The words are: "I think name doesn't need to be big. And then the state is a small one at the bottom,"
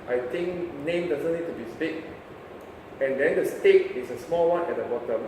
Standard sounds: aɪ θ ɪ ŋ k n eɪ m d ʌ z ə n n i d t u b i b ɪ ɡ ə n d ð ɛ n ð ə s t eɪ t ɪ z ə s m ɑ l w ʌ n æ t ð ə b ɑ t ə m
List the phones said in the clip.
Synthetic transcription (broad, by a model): aɪ t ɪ ŋ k n eɪ m d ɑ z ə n n i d t u b i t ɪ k ə n d ɛ n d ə s t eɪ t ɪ s ə s m ɑ l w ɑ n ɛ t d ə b ɑ t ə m